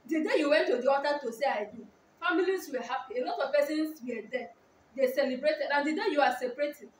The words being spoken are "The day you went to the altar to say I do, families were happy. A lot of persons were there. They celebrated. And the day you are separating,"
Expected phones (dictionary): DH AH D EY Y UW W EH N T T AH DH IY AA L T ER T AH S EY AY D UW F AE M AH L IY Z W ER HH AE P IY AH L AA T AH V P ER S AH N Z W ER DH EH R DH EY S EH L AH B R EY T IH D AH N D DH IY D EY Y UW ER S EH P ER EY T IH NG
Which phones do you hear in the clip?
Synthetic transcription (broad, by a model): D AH D EY Y UW W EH N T T AH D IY AA T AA T AH S EY AY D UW F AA M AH L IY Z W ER HH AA P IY AH L AA T AH V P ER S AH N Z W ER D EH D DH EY S EH L AH B R EY T IH D AH N D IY D EY Y UW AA S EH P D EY T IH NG